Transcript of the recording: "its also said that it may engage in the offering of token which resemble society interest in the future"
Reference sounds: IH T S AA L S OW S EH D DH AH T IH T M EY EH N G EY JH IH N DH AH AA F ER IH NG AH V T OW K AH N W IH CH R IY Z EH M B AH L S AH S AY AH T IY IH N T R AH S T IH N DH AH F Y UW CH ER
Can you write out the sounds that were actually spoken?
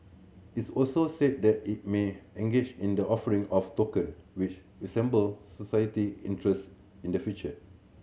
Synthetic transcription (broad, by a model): IH T S AA L S OW S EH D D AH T IH T M EY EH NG G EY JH IH N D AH AA F ER IH NG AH F T OW K AH N W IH CH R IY S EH M B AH L S AH S AY AH T IY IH N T R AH S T IH N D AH F Y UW CH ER